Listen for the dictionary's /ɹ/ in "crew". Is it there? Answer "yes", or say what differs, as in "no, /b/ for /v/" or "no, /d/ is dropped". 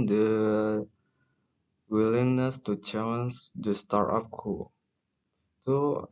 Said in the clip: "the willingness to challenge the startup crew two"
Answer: no, /ɹ/ is dropped